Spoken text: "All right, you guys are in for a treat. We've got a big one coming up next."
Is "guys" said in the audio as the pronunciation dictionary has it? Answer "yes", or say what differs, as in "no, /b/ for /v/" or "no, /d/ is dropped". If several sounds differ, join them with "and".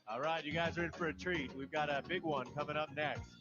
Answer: yes